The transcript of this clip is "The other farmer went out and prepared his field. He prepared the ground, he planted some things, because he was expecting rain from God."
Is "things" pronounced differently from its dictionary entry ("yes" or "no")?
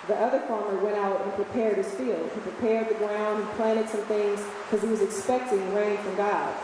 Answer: no